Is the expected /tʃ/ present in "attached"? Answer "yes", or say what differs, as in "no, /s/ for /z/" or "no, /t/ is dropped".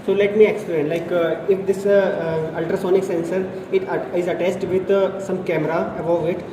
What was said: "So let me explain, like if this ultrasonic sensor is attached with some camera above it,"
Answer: no, /s/ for /tʃ/